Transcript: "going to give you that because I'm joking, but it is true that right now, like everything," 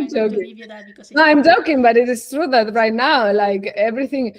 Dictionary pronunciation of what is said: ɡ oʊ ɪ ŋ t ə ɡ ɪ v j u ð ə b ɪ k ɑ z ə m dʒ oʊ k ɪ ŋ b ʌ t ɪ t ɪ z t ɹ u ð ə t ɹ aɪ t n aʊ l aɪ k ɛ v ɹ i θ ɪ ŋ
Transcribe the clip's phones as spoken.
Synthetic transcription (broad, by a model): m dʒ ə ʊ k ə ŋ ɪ ɑ ə m dʒ oʊ k ɪ ŋ b ʌ t ɪ t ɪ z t ɹ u ð ə t ɹ aɪ t n aʊ l aɪ k ɛ v ɹ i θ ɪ ŋ